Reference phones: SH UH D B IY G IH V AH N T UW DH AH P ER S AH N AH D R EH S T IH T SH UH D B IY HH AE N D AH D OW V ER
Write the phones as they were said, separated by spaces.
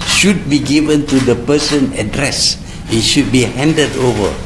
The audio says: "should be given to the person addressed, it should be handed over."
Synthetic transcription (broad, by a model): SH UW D B IY G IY V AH N T UW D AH P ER S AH N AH D R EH S IH T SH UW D B IY HH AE N D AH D OW V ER